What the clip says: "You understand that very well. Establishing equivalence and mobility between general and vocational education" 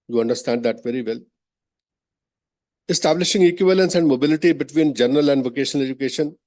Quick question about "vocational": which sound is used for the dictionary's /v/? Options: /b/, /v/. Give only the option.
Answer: /v/